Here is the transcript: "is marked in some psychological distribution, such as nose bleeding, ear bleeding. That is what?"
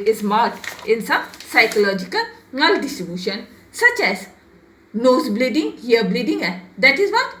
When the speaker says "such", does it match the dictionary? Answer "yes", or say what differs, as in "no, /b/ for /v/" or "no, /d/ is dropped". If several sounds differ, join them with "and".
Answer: yes